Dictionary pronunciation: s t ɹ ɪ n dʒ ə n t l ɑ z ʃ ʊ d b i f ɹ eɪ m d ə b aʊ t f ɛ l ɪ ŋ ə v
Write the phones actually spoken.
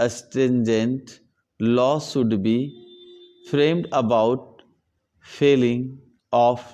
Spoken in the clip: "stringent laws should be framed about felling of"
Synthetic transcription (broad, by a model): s t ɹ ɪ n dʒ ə n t l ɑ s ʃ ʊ d b i f ɹ eɪ m d ə b aʊ t f ɛ l ɪ ŋ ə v